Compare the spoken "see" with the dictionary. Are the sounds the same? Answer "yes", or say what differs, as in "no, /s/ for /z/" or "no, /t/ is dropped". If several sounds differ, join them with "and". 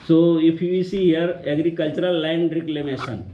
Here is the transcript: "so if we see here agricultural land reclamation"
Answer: yes